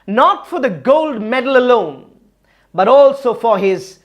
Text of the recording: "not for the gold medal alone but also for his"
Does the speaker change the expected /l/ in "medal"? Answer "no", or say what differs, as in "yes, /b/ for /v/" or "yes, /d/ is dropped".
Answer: no